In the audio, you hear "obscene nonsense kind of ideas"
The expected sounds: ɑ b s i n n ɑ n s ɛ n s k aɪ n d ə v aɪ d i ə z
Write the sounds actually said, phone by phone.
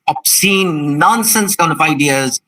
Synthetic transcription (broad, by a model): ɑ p s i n n ɑ n s ɛ n s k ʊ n ə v aɪ d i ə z